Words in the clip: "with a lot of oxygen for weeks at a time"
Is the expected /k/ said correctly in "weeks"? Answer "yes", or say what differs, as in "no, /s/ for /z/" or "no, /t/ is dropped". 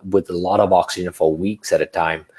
yes